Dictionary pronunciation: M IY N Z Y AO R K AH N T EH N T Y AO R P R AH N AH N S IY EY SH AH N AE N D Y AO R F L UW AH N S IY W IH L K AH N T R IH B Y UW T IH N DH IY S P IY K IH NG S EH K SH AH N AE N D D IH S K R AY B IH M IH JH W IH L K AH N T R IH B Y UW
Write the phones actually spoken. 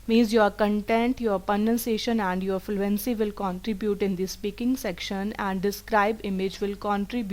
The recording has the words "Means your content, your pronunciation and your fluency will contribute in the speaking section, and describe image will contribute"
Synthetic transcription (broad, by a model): M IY N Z Y AO R K AH N T EH N T Y AO R P AH N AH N S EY SH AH N AE N D Y AO R F L UW AH N S IY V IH L K AH N T R IH B Y UW T IH N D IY S P IY K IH NG S EH K SH AH N AE N D D IH S K R AY B IH M IH JH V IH L K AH N T R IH B Y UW